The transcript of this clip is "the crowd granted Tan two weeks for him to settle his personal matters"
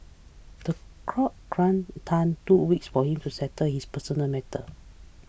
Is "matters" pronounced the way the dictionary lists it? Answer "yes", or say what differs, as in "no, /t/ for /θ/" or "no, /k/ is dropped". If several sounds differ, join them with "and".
no, /z/ is dropped